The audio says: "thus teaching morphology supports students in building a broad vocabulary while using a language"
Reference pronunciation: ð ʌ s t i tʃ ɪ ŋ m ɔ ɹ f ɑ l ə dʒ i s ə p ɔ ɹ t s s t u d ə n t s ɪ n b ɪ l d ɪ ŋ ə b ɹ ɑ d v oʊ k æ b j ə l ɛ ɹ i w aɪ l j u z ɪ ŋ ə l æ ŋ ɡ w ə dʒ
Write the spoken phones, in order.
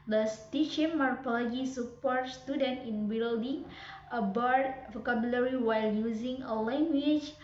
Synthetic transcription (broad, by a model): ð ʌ s t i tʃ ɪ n m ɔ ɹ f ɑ l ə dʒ i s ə p ɔ ɹ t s s t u d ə n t ɪ n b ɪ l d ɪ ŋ ə b ɑ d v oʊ k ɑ b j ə l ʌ ɹ i w aɪ l j u z ɪ ŋ ə l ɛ ŋ ɡ w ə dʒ